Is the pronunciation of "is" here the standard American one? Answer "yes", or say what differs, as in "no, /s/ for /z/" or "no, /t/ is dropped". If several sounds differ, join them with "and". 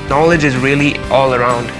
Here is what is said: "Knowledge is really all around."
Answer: yes